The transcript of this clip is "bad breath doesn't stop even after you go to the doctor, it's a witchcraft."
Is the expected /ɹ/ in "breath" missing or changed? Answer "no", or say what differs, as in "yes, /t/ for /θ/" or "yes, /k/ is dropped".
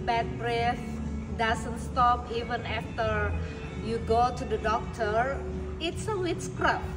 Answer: no